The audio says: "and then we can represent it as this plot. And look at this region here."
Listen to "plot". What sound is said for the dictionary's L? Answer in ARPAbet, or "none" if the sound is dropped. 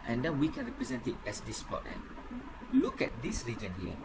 none